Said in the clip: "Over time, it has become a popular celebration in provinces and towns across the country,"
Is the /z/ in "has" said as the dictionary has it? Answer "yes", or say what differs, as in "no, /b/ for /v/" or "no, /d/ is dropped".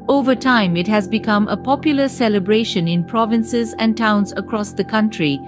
yes